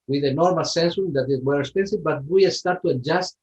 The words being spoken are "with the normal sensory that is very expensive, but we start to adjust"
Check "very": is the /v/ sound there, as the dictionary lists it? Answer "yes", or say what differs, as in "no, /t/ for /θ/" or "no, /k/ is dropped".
no, /w/ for /v/